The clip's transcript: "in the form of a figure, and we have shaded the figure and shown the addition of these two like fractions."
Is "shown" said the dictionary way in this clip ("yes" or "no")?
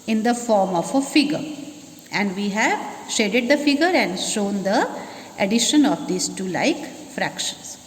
yes